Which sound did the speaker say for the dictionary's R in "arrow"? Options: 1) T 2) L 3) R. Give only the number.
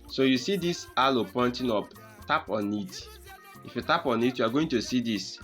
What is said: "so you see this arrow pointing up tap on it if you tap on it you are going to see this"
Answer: 2